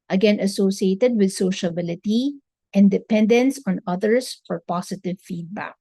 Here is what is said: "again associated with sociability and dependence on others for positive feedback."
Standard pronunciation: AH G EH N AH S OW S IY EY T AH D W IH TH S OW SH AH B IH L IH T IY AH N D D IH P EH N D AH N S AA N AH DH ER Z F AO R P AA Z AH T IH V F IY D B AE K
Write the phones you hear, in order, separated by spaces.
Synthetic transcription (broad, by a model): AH G EH N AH S OW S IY EY T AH D W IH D S OW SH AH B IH L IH T IY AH N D D IH P EH N D AH N S AA N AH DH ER S F AO R P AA S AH T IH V F IY D B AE K